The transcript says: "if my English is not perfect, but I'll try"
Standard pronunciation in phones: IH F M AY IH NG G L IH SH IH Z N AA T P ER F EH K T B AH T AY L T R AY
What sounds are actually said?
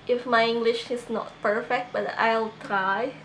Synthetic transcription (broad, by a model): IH F M AY IH NG G L IH SH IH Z N AA T P ER F EH K T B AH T AY L T R AY